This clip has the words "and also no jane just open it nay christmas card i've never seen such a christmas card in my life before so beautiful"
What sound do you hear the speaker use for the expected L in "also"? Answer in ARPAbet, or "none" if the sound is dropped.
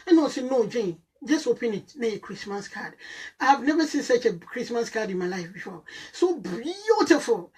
none